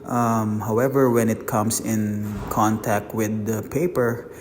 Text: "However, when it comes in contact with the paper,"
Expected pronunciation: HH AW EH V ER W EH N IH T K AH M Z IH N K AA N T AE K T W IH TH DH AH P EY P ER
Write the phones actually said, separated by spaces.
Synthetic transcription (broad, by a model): HH AW EH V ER W EH N IH T K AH M S IH N K AA N T AE K T W IH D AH P EY P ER